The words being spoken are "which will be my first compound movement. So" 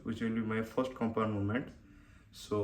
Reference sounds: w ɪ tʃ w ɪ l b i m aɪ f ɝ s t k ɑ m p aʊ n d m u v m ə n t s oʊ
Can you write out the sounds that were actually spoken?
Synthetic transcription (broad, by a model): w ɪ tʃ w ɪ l b i m aɪ f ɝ s t k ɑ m p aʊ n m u m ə n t s oʊ